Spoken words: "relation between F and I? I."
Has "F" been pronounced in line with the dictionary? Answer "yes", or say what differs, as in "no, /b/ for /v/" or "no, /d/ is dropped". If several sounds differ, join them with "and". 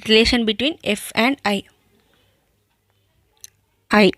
yes